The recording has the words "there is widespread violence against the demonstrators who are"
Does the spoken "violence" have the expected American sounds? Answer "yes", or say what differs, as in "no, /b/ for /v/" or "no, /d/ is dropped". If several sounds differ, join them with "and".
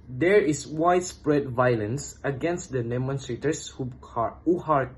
yes